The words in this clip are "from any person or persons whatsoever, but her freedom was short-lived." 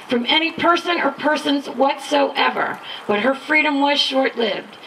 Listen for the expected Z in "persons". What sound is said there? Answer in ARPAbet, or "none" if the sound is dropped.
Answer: Z